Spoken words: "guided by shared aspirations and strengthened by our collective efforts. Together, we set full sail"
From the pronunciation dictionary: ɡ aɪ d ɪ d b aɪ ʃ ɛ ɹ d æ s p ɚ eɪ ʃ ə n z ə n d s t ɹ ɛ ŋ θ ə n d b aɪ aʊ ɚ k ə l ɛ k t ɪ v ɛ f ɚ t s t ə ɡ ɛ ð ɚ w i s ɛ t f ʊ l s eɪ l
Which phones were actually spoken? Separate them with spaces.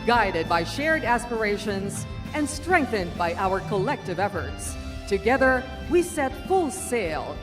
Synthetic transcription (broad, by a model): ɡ aɪ d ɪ d b aɪ ʃ ɛ ɹ d æ s p ɚ eɪ ʃ ə n z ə n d s t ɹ ɛ ŋ θ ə n d b aɪ aʊ ɚ k ə l ɛ k t ɪ v ɛ f ɚ t s t ə ɡ ɛ ð ɚ w i s ɛ t f ʊ l s eɪ l